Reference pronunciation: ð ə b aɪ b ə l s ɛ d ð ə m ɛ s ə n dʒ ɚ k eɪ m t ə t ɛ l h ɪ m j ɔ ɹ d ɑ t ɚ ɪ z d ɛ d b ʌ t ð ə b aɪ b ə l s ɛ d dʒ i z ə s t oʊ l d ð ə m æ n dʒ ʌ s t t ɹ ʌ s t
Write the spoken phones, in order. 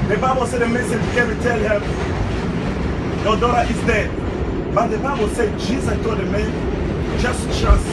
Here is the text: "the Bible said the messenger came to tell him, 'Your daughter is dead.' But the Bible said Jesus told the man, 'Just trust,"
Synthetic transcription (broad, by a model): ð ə b aɪ b ə l s ɛ d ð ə m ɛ s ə dʒ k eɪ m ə t ɛ l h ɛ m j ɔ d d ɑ t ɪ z d ɛ d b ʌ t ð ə b aɪ b ə l s ɛ d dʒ i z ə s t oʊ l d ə m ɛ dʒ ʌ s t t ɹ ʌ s